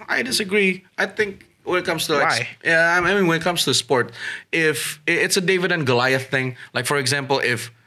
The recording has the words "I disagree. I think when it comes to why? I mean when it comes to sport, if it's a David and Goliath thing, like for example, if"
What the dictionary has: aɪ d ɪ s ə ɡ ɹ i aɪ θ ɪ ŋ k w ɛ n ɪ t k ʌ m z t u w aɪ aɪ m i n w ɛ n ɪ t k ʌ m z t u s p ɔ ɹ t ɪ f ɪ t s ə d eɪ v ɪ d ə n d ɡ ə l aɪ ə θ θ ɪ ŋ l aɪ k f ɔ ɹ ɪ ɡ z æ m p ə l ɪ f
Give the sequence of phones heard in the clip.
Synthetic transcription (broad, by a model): aɪ d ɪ s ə ɡ ɹ i aɪ θ ɪ ŋ k w ɛ n ɪ t k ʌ m s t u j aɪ aɪ m i n w ɛ n ɪ t k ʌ m s t u s p ɔ ɹ t ɪ f ɪ t s ə d eɪ v ɪ d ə n ɡ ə l aɪ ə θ θ ɪ ŋ l aɪ k f ɔ ɹ ɪ ɡ z æ m p ə l ɪ f